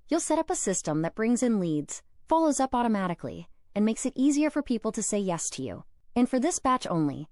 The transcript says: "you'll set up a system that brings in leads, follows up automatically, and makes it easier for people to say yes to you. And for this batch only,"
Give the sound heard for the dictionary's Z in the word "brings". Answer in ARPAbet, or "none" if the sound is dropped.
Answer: Z